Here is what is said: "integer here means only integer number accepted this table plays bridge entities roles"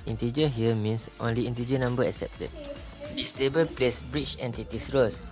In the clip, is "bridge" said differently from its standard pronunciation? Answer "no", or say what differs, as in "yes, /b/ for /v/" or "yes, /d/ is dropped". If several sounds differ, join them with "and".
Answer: yes, /tʃ/ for /dʒ/